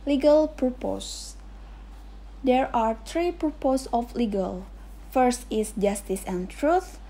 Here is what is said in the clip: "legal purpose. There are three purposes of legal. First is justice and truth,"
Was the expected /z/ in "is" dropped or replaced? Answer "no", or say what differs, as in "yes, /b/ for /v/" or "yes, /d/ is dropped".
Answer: yes, /s/ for /z/